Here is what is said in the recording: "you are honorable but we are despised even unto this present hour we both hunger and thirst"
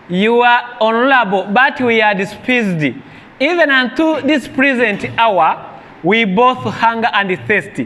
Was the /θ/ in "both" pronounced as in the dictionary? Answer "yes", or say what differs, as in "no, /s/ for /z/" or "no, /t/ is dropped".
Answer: yes